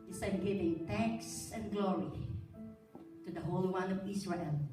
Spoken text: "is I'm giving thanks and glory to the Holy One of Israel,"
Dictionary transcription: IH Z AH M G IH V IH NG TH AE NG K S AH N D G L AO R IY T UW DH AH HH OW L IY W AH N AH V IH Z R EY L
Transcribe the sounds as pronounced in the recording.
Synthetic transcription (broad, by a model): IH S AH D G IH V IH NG T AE K S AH N G L AO R IY T UW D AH HH OW L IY W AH N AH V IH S R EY L